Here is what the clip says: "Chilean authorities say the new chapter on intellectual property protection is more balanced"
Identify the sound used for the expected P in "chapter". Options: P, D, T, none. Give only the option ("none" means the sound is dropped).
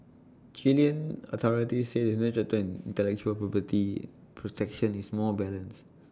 none